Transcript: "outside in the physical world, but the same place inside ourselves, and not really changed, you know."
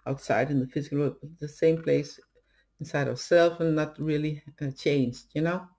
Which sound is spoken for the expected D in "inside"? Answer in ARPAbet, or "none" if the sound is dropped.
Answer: D